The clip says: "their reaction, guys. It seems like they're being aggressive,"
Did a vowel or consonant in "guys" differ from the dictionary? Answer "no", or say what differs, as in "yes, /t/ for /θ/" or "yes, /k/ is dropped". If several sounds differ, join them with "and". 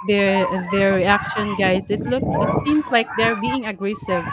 yes, /s/ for /z/